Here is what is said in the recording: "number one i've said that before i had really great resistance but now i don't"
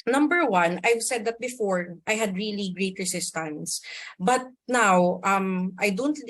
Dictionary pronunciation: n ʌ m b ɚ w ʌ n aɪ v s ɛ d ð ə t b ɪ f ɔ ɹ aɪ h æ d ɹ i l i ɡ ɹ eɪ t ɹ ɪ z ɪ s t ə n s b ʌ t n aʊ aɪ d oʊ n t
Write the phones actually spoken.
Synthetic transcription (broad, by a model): n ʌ m b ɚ w ʌ n aɪ v s ɛ d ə t b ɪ f ɔ ɹ aɪ h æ d ɹ i l i ɡ ɹ eɪ t ɹ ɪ s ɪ s t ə n s b ʌ t n aʊ aɪ d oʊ n t